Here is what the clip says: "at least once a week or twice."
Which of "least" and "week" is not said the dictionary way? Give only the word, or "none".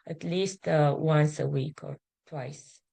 none